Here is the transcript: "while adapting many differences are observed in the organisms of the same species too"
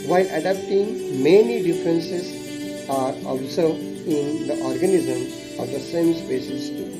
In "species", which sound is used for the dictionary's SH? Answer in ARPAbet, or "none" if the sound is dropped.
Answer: S